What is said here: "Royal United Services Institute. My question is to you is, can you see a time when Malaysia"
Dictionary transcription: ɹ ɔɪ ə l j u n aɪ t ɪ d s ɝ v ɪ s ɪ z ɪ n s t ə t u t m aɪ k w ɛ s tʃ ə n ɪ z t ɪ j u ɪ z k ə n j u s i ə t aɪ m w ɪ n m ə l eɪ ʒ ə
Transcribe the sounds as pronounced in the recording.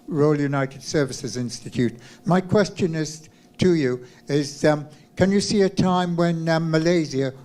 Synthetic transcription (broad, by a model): ɹ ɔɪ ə l j u n aɪ t ɪ d s ɝ v ɪ s ɪ z ɪ n s t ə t u t m aɪ k w ɛ s tʃ ə n ɪ z t ɪ j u ɪ z k ə n j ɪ s i ə t aɪ m w ɪ n m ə l eɪ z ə